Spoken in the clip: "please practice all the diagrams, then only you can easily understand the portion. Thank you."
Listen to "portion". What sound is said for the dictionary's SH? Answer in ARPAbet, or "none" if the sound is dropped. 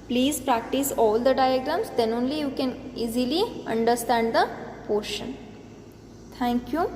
SH